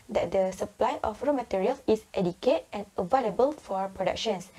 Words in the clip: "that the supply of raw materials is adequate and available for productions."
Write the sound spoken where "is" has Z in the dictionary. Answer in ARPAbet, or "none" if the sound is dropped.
S